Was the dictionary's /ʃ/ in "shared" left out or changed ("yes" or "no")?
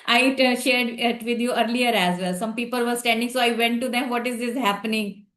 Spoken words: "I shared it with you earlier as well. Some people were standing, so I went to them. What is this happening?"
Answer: no